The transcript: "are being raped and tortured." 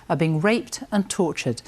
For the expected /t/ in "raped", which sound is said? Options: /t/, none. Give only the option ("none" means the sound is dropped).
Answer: /t/